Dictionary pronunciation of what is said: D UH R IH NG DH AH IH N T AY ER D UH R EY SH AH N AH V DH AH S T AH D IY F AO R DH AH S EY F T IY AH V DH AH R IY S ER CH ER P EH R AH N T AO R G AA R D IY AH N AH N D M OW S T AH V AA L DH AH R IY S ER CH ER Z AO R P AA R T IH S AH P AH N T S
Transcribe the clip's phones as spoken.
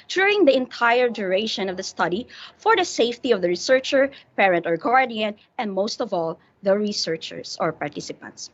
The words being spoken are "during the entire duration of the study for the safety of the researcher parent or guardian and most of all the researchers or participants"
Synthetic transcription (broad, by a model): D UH R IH NG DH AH IH N T AY ER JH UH R EY SH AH N AH V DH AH S T AH D IY F AO R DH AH S EY F T IY AH V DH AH R IY S ER CH ER P EH R AH N T AO R G AA R D IY AH N AH N D M OW S T AH V AA L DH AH R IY S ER CH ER S AO R P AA R T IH S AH P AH N T S